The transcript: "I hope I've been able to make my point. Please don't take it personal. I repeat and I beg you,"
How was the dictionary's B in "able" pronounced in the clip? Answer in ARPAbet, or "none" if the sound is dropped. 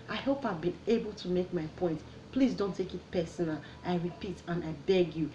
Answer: B